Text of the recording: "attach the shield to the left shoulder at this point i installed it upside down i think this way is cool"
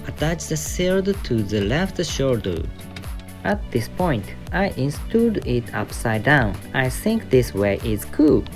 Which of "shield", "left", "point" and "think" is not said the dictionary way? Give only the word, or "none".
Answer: shield